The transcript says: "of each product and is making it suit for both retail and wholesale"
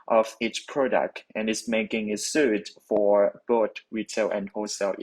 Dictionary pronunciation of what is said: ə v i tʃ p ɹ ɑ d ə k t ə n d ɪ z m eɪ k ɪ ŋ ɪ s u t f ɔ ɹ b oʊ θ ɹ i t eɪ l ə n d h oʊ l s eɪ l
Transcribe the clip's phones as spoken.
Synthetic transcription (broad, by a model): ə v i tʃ p ɹ ɑ d ə k t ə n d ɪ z m eɪ k ɪ ŋ ɪ s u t f ɔ ɹ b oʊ t ɹ i t eɪ l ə n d h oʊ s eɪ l